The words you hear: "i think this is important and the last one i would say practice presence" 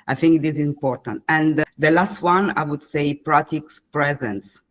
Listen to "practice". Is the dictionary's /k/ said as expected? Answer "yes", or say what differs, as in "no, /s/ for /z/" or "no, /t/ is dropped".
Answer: no, /k/ is dropped